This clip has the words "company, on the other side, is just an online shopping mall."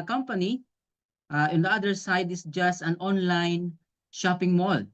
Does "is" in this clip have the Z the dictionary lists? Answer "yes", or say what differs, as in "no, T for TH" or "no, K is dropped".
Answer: no, S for Z